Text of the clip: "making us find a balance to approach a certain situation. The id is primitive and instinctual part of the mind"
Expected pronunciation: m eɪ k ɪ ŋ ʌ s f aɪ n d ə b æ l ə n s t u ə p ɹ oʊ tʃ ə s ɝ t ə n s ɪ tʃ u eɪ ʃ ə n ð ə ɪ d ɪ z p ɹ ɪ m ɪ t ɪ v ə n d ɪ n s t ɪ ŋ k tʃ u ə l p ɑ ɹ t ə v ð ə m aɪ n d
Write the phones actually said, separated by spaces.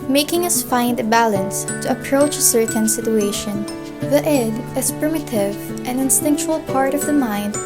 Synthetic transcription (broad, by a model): m eɪ k ɪ ŋ ʌ s f aɪ n d ə b æ l ə n s t u ə p ɹ oʊ tʃ ə s ɝ t ə n s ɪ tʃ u eɪ ʃ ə n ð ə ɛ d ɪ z p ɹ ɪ m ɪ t ɪ v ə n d ɪ n s t ɪ ŋ k tʃ u ə l p ɑ ɹ t ə v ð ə m aɪ n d